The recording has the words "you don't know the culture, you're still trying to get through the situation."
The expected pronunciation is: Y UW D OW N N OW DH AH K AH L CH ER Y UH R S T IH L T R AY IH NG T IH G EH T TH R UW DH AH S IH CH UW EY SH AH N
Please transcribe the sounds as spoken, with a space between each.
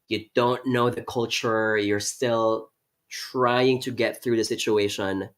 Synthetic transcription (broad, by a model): Y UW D OW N N OW DH AH K AH L CH ER Y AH R S T IH L T R AY IH NG T IH G EH T TH R UW DH AH S IH CH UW EY SH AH N